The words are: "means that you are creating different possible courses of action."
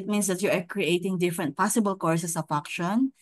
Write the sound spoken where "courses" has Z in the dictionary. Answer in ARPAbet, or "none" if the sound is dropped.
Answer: S